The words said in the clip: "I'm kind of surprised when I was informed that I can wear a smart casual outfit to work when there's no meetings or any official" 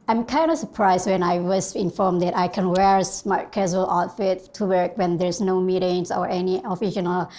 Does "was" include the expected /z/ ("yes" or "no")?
no